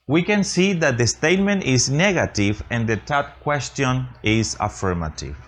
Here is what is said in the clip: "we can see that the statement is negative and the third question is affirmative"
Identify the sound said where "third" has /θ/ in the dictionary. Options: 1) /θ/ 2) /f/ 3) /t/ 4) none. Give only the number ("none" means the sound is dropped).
3